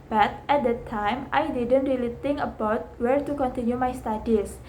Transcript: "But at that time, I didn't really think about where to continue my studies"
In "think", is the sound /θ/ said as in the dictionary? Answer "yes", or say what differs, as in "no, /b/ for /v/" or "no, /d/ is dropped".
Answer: no, /t/ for /θ/